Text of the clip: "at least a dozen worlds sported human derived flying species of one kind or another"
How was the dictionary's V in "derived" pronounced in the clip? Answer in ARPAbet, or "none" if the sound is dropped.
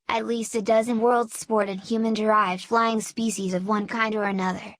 V